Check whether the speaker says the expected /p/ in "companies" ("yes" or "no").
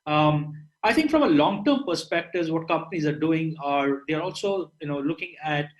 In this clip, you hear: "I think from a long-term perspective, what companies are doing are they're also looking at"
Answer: yes